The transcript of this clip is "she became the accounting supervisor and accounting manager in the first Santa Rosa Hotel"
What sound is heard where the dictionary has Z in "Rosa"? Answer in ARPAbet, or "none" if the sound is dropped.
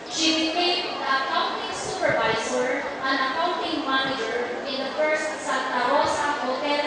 S